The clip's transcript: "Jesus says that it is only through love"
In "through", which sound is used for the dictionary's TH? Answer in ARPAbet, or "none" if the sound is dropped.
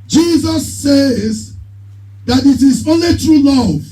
T